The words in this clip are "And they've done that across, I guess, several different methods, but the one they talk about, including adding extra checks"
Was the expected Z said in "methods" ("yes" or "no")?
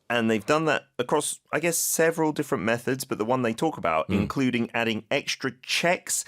yes